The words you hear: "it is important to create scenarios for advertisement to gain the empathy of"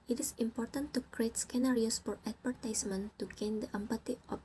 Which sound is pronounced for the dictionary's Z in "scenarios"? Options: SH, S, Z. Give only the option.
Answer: S